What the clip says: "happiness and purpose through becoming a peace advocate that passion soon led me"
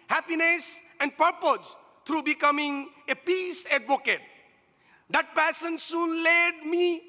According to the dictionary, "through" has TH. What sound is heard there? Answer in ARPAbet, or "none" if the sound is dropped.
T